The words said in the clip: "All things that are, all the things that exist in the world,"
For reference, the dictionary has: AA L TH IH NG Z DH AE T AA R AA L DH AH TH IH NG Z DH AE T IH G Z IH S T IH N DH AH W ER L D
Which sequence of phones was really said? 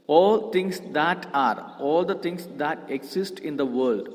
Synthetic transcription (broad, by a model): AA L T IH NG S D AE T AA R AA L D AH T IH NG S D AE T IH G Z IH S T IH N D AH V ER L D